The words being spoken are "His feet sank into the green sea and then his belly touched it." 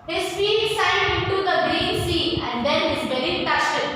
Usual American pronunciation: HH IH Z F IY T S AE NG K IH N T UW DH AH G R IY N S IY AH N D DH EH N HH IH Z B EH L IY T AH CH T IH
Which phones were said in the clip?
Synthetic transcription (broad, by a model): HH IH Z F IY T S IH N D IH N T UW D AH G R IY N S IY AH N D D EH N HH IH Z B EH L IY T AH S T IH